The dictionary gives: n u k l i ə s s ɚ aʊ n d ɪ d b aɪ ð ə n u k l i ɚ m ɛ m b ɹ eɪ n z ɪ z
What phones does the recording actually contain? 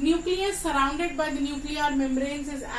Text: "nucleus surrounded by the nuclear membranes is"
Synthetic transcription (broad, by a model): n u k l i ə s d aʊ n d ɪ d b aɪ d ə n u k l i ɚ m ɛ m ɹ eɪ n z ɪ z